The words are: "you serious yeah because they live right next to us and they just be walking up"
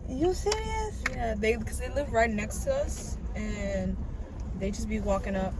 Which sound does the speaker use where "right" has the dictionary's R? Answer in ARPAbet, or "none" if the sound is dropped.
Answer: R